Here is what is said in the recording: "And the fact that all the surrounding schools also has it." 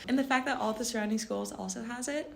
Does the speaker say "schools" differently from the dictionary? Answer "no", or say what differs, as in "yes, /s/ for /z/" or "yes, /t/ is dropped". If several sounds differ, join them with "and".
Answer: no